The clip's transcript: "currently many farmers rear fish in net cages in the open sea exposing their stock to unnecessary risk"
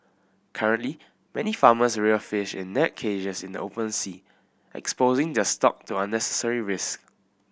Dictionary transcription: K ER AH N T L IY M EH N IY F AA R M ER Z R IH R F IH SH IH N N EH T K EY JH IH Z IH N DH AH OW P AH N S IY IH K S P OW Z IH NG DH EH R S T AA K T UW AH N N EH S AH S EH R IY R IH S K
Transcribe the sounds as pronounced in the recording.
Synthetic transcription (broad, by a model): K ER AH N T L IY M EH N IY F AA M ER S R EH F IH SH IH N N EH T K EY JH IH S IH N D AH OW P AH N S IY IH K S P OW Z IH NG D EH S T AA K T UW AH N N EH S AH S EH R IY R IH S K